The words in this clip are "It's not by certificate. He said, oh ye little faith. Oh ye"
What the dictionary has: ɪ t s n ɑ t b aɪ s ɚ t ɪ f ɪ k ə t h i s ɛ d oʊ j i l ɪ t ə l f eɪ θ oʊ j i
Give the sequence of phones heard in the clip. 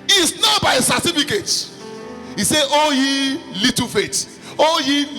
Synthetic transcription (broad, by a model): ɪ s n ɑ t b aɪ s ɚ t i f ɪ k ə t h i s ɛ oʊ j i l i t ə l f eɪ t oʊ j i